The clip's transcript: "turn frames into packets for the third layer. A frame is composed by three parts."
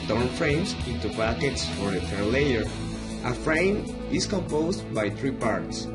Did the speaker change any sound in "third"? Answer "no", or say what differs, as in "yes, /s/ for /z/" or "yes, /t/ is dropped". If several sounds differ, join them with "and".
yes, /f/ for /θ/